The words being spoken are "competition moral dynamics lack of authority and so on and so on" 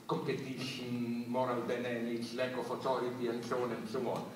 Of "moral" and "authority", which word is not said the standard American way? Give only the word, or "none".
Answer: authority